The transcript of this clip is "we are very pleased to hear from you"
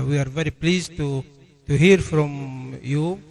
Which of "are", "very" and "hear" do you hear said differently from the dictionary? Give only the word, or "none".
none